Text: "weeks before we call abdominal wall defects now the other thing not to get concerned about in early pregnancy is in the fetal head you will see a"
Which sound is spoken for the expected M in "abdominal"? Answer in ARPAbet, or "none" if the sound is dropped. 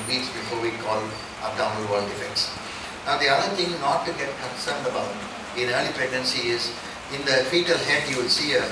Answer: none